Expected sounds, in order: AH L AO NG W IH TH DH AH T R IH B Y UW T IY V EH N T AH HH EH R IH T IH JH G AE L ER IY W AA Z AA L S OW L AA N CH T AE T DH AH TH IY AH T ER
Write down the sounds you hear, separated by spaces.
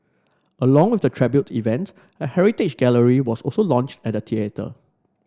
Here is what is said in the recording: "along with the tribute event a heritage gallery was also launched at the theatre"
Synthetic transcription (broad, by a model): AH L AO NG W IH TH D AH T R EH B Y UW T IY V EH N T AH HH EH R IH T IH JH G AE L ER IY W AA S AA L S OW L AA N CH T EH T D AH T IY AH T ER